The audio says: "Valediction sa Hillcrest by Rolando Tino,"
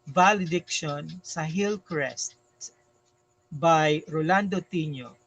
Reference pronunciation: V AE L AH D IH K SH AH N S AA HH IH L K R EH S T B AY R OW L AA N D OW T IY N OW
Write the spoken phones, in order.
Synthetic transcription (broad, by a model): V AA L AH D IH K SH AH N S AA HH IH L K R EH S T B AY R OW L AA N D OW T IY N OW